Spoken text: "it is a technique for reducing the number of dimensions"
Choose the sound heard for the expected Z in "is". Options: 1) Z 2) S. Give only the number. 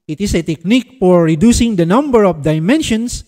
2